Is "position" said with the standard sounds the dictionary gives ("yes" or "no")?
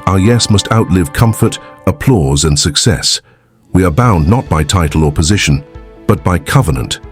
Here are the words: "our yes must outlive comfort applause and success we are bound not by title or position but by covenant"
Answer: yes